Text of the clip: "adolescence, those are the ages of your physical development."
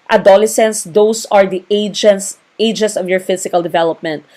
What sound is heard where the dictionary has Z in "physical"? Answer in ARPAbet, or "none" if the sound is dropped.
S